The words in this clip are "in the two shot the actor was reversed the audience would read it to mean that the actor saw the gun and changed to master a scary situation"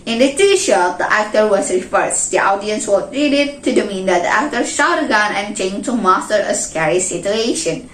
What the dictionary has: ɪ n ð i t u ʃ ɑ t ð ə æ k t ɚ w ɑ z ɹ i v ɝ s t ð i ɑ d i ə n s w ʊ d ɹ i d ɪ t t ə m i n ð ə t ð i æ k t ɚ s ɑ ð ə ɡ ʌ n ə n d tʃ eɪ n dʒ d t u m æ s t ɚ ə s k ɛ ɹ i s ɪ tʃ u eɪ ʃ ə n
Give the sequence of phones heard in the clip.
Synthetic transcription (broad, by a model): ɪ n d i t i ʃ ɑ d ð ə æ k t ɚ w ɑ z ɹ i f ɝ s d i ɑ d i ə n s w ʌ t ɹ i d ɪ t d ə m i n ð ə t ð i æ k t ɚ ʃ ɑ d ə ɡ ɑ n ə n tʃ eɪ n t u m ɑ s t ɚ ə s k ɛ ɹ i s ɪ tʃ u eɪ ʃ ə n